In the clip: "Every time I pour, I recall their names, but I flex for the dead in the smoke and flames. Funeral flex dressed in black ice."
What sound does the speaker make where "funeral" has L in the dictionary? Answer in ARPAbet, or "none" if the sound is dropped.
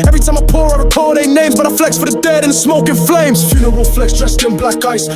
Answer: W